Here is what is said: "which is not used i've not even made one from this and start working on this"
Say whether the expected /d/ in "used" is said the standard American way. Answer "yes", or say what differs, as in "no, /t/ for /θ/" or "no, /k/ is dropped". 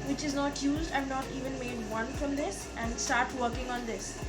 yes